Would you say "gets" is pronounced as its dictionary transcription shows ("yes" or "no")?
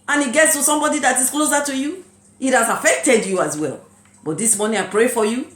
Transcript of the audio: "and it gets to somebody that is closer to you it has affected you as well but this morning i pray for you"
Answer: yes